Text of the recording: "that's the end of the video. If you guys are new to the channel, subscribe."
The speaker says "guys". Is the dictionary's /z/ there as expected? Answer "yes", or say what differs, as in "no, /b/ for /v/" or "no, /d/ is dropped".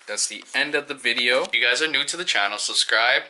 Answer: yes